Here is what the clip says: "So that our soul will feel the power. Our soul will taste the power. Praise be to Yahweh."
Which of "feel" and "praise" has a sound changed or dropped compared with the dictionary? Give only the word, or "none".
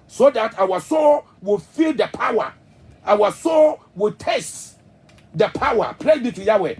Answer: praise